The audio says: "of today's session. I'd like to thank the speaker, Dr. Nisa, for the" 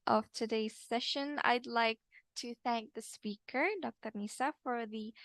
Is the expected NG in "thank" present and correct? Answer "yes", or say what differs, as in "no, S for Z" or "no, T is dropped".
yes